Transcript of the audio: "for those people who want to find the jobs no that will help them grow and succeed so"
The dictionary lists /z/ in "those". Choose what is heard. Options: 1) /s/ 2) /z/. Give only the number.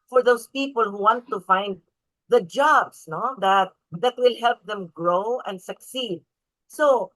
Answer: 1